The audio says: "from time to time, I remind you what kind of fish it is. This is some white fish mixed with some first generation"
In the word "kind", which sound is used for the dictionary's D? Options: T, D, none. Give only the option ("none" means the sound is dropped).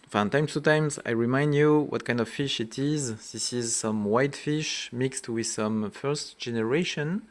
D